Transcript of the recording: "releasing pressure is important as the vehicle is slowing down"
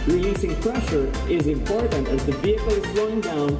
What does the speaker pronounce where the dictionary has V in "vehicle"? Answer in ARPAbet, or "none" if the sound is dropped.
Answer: V